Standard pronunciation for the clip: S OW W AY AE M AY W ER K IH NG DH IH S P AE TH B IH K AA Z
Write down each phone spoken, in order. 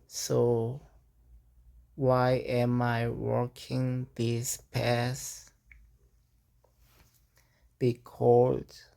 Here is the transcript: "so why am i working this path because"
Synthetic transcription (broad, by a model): S OW W AY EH M AY W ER K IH NG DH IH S P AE S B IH K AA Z